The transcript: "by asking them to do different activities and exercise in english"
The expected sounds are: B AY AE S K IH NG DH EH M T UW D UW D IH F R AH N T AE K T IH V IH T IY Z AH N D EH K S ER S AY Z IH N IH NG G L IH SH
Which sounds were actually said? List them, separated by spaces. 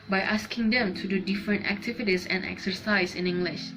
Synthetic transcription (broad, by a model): B AY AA S K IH NG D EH M T UW D UW D IH F R AH N T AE K T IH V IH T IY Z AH N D EH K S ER S AY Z IH N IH NG G L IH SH